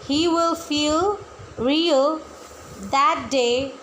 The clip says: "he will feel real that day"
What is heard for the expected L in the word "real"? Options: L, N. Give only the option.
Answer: L